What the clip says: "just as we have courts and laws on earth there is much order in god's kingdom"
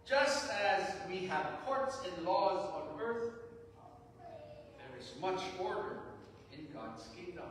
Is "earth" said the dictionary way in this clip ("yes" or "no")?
yes